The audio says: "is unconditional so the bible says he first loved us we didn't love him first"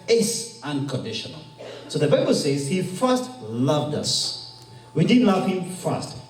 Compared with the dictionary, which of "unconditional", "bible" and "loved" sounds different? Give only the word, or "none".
none